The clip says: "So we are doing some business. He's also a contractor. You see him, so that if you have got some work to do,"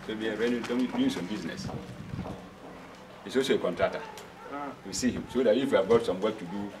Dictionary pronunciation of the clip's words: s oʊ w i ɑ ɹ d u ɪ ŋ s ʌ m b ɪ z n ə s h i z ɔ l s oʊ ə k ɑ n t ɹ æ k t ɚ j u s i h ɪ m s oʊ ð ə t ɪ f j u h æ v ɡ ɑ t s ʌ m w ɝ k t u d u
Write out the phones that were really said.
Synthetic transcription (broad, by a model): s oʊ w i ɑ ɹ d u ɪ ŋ s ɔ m b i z n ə s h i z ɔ s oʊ ə k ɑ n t ɹ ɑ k t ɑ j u s i h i m s oʊ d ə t ɪ f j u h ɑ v ɡ ɑ t s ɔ m w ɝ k t u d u